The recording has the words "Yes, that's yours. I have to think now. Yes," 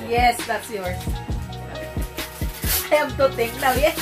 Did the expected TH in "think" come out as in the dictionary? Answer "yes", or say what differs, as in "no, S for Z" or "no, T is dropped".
no, T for TH